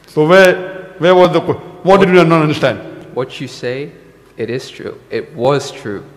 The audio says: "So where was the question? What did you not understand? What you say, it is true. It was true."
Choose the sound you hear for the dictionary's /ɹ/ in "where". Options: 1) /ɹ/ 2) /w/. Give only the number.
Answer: 2